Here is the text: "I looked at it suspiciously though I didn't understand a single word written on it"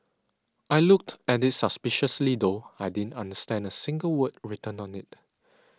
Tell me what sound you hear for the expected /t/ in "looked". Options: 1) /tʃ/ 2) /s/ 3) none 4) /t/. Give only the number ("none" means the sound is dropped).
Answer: 4